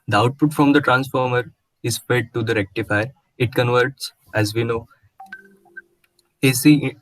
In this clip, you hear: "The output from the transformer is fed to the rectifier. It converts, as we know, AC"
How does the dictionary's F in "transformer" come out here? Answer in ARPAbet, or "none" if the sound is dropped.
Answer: F